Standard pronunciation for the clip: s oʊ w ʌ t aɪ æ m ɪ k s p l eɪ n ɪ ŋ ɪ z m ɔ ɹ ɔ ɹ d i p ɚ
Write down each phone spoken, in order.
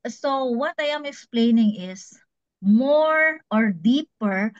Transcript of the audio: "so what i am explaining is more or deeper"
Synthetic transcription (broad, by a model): s oʊ w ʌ t aɪ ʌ m ɪ k s p l eɪ n ɪ ŋ ɪ s m ɔ ɹ ɔ ɹ d i p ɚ